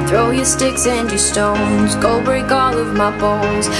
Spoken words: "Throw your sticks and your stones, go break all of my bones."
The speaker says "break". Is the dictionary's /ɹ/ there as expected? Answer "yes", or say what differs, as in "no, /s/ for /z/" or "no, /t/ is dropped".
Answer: no, /ɹ/ is dropped